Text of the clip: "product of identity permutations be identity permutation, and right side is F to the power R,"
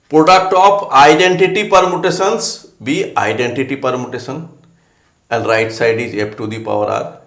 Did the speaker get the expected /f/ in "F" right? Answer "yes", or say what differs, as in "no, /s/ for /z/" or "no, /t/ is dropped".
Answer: no, /p/ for /f/